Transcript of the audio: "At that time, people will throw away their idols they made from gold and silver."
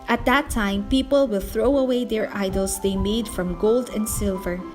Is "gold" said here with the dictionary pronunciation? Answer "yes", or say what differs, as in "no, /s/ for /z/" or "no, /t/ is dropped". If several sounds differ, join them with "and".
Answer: yes